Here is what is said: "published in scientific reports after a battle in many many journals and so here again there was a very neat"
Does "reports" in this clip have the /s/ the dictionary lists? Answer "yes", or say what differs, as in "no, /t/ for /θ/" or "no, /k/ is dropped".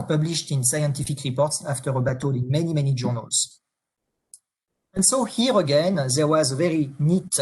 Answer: yes